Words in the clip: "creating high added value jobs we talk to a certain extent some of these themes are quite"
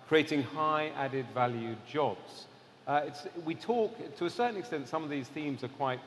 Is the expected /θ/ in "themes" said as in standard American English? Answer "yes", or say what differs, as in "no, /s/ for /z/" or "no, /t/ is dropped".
yes